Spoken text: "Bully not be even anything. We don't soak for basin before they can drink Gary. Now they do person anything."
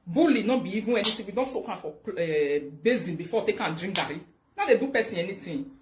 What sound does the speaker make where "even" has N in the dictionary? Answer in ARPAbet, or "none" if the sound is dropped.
none